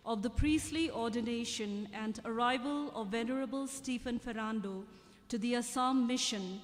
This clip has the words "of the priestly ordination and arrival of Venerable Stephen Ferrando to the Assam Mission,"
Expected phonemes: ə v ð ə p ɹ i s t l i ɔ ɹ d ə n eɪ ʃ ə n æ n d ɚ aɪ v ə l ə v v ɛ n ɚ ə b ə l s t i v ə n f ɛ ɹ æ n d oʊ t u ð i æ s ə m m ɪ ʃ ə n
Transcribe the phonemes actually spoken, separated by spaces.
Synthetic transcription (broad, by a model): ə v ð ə p ɹ i s t l i ɔ ɹ d ə n eɪ ʃ ə n æ n d ɚ aɪ v ə l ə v v ɛ n ɚ ə b ə l s t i f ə n f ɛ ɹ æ n d oʊ t u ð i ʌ s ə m m ɪ ʃ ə n